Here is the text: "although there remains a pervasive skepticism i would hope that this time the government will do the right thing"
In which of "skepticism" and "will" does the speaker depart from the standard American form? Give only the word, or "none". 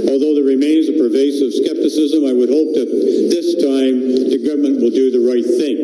none